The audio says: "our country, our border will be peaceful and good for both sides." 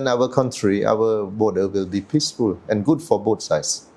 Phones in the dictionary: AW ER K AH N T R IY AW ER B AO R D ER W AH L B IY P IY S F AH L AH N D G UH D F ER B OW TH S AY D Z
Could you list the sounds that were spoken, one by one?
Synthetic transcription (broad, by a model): AW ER K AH N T R IY AW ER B AO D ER W AH L B IY P IY S F AH L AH N G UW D F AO B OW T S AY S